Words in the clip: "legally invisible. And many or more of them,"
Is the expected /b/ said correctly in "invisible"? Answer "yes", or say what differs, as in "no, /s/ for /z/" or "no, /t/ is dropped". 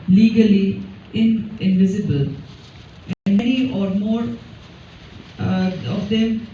yes